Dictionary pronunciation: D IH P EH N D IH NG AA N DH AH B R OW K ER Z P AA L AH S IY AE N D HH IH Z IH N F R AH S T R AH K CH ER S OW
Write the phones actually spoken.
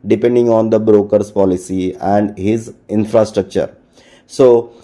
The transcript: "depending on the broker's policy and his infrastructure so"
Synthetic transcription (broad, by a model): D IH P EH N D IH NG AA N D AH B R OW K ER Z P AA L AH S IY AE N D HH IH Z IH N F R AH S T R AH K CH ER S OW